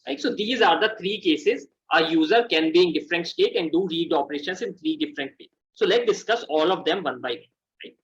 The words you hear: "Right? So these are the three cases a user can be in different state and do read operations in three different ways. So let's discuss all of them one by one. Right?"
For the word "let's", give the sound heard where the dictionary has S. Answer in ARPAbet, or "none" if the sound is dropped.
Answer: none